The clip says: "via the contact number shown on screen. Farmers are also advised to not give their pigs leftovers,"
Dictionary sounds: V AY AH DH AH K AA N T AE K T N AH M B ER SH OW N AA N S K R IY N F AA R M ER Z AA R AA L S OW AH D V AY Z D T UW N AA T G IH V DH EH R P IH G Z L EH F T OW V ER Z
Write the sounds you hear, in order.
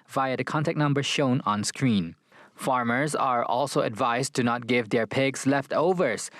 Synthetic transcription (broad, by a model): V AY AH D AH K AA N T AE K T N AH M B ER SH OW N AA N S K R IY N F AA R M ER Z AA R AA L S OW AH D V AY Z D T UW N AA T G IH V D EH R P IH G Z L EH F T OW V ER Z